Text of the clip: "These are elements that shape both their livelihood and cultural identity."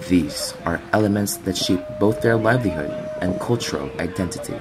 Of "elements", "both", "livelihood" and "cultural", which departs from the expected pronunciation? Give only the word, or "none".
none